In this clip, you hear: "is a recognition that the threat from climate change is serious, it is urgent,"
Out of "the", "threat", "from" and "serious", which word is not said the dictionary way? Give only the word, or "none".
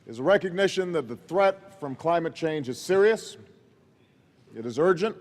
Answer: none